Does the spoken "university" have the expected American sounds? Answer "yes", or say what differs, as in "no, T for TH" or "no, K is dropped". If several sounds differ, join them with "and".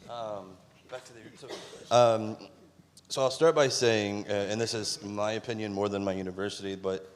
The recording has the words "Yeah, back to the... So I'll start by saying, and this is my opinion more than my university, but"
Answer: yes